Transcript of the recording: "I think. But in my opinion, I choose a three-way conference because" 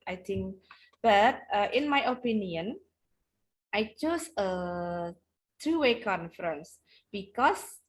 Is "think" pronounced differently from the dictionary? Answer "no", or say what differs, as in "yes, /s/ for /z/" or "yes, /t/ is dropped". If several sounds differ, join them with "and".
yes, /t/ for /θ/